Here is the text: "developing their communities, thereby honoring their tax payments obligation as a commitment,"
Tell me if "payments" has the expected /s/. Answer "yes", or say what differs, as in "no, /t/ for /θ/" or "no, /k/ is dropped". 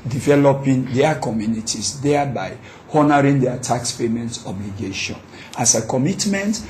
no, /s/ is dropped